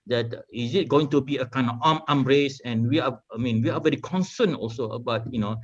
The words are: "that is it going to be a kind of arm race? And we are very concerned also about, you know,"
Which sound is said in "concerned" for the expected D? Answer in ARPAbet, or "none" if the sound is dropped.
none